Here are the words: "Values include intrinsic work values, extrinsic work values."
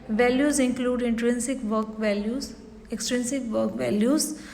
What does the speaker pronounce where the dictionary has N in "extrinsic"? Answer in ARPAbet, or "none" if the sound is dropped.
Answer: N